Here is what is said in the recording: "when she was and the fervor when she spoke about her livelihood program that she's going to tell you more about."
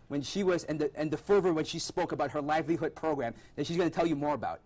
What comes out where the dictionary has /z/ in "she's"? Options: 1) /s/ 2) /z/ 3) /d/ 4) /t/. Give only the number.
2